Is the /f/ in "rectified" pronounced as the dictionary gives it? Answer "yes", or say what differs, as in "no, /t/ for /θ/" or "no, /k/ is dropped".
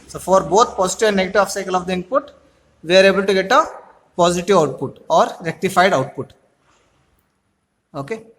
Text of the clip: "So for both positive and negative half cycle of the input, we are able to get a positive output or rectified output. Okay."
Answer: yes